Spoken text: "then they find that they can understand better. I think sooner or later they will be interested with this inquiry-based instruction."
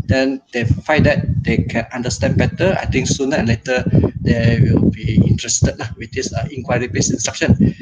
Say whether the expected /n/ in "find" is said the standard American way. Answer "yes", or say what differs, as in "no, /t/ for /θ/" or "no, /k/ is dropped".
no, /n/ is dropped